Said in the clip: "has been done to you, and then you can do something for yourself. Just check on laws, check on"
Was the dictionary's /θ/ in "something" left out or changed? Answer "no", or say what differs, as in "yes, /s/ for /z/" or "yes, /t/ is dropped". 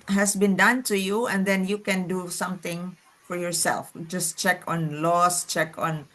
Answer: yes, /t/ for /θ/